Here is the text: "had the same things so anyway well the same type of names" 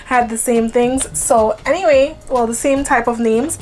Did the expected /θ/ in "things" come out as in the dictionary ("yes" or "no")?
yes